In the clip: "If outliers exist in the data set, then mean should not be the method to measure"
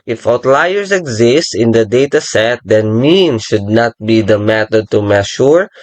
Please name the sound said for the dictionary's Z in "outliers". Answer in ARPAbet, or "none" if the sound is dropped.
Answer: S